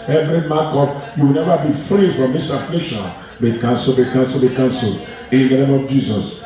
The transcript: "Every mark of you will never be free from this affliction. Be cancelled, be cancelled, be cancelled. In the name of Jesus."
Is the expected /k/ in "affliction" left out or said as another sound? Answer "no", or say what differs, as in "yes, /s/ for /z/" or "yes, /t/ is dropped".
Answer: no